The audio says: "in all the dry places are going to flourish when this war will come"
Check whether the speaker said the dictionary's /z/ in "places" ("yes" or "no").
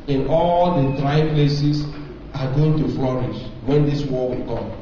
no